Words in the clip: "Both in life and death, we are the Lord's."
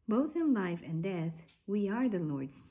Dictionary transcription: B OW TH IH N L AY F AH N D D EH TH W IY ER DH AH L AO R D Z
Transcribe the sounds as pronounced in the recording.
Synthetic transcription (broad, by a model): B OW TH IH N L AY F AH N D D EH TH W IY ER DH AH L AO R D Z